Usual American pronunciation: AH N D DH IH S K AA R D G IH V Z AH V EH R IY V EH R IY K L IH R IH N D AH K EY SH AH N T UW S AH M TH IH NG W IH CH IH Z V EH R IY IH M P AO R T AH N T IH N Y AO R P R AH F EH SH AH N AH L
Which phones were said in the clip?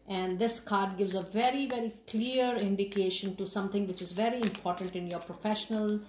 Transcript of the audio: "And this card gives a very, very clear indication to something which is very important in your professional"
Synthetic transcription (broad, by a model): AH N D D IH S K AA R D G IH V Z AH V EH R IY V EH R IY K L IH R IH N D AH K EY SH AH N T UW S AH M T IH NG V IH CH IH Z V EH R IY IH M P AO R T AH N T IH N Y AO R P R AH F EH SH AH N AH L